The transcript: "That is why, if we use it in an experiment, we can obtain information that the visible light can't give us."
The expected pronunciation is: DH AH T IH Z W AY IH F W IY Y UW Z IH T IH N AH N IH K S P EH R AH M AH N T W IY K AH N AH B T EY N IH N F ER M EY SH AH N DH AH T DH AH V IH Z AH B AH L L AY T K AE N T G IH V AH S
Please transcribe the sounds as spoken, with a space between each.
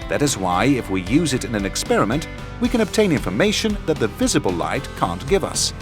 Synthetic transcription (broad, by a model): DH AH T IH Z W AY IH F W IY Y UW Z IH T IH N AH N IH K S P EH R AH M AH N T W IY K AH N AH B T EY N IH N F ER M EY SH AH N DH AH T DH AH V IH Z AH B AH L L AY T K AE N G IH V AH S